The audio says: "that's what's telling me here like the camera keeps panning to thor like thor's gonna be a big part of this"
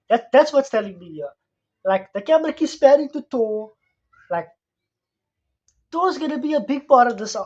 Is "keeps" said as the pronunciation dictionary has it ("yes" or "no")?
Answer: no